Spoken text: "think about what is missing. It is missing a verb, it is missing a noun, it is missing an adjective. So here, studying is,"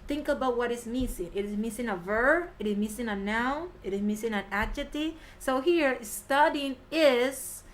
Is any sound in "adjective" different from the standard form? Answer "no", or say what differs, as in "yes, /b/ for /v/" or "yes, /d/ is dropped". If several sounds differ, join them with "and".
yes, /k/ is dropped